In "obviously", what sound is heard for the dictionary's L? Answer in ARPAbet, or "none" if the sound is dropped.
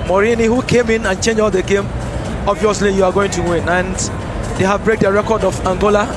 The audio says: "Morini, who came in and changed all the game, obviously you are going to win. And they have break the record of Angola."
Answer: L